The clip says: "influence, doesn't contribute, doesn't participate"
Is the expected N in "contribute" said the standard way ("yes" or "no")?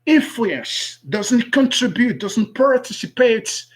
yes